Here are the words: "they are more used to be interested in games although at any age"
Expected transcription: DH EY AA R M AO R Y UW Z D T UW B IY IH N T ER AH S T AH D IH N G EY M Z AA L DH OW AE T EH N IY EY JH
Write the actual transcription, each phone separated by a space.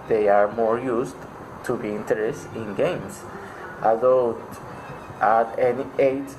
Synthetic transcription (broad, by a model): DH EY AA R M AO R Y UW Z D T UW B IY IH N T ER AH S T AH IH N G EY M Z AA DH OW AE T EH N IY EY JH